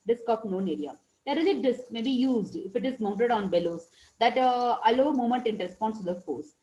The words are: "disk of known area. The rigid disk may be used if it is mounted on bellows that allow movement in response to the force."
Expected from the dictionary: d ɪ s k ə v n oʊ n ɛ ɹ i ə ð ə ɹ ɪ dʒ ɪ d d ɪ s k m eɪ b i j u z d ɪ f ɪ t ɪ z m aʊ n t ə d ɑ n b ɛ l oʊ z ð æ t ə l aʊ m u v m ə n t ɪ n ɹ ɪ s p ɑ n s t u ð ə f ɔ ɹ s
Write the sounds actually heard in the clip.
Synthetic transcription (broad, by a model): d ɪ s k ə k n oʊ n ɛ ɹ i ə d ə ɹ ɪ z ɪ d d ɪ s k m eɪ b i j u z d ɪ f ɪ t ɪ z m aʊ n t ə d ɑ n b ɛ l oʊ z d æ t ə l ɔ m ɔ m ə n t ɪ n ɹ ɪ s p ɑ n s t u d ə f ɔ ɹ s